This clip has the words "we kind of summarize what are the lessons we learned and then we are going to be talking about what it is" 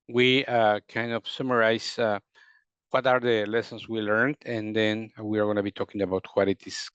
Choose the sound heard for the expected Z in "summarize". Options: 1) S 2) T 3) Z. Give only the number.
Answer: 1